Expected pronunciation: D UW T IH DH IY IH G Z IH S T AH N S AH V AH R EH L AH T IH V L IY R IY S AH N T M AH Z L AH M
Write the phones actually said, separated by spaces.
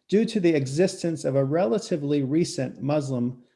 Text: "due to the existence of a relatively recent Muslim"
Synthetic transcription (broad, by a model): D UW T IH DH IY IH G Z IH S T AH N S AH V AH R EH L AH T IH V L IY R IY S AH N M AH Z L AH M